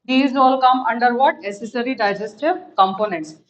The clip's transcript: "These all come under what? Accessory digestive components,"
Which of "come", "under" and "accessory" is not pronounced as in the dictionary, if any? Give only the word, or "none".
accessory